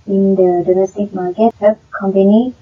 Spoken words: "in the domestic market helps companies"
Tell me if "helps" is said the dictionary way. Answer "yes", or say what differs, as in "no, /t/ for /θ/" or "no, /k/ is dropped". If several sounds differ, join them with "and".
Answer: no, /l/ is dropped and /s/ is dropped